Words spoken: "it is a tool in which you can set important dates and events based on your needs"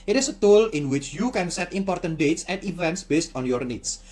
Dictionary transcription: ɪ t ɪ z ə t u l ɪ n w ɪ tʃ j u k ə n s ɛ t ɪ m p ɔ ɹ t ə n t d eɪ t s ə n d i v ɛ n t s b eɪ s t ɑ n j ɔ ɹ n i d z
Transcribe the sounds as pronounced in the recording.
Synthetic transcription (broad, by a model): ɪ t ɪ s ə t u l ɪ n w ɪ tʃ j u k ə n s ɛ t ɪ m p ɔ ɹ t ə n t d eɪ t s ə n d i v ɛ n t s b eɪ s t ɑ n j ɔ ɹ n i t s